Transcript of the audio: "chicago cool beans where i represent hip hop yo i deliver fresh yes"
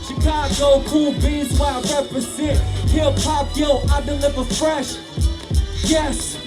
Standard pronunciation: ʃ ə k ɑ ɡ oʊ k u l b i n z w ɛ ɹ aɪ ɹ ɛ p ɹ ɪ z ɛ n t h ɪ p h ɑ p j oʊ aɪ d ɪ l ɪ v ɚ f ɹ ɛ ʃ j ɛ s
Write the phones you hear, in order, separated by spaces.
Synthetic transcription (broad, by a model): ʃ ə k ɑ ɡ oʊ k u l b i z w aɪ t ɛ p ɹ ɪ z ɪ t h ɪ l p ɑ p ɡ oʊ aɪ d ɪ l ɪ v ɚ f ɹ ɛ ʃ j ɛ s